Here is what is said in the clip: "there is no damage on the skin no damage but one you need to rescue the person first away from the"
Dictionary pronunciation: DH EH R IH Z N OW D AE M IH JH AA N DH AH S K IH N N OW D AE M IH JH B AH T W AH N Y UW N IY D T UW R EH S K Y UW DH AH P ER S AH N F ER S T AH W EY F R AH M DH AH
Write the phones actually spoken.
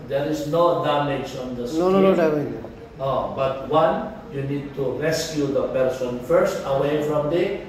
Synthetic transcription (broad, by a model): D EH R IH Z N OW D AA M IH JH AA N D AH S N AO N N OW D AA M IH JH B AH T W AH N Y UW N IY D T UW R EH S K Y UW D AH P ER S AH N F ER S T AH W EY F R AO M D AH